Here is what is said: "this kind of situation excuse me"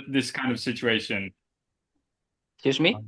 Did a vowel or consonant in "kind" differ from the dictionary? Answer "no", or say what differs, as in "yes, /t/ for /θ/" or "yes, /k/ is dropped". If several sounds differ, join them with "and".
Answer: no